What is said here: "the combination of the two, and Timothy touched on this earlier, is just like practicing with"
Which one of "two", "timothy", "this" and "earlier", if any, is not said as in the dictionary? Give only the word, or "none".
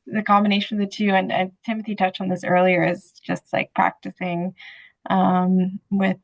none